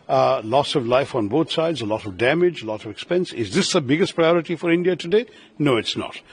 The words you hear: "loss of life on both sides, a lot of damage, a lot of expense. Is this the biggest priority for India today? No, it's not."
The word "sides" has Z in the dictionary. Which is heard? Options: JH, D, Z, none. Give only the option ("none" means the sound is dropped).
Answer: Z